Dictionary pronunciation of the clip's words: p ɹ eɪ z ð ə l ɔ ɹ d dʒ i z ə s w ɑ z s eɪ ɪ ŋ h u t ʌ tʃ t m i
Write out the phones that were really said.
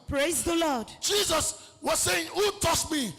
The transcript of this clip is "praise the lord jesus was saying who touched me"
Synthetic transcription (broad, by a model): p ɹ eɪ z ð ə l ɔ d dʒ i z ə s w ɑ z s eɪ ɪ ŋ h u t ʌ s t m i